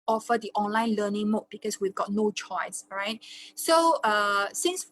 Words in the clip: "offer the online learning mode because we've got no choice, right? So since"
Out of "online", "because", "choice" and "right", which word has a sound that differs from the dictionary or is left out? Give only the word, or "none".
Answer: because